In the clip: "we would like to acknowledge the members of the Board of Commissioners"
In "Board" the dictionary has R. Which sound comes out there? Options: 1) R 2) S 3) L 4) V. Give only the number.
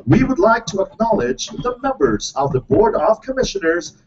1